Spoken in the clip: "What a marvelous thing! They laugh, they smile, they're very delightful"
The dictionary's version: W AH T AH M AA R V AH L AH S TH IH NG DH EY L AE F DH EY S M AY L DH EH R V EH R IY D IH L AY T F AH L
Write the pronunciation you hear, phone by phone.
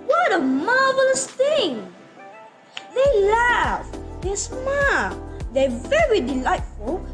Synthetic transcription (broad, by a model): W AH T AH M AA R V AH L AH S TH IH NG DH EY L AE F DH EY S M AY L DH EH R V EH R IY D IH L AY T F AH L